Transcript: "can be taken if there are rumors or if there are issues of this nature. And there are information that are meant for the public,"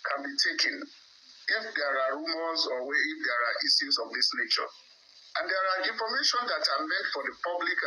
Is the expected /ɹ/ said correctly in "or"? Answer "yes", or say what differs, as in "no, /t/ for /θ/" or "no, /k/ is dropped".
no, /w/ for /ɹ/